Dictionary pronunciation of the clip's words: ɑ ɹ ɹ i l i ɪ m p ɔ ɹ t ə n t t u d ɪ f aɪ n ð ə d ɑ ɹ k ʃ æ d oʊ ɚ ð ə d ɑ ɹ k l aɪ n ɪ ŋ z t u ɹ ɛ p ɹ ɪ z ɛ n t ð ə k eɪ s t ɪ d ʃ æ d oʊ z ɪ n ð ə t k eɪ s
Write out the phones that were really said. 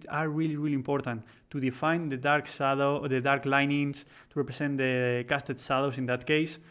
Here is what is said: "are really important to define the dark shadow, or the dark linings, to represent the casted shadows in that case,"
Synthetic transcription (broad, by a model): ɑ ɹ ɹ i l i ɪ m p ɔ ɹ t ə n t t u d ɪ f aɪ n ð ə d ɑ ɹ k s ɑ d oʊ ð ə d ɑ ɹ k l aɪ n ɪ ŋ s t u ɹ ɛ p ɹ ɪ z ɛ n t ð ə k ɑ s t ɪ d s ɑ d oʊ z ɪ n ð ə t k eɪ s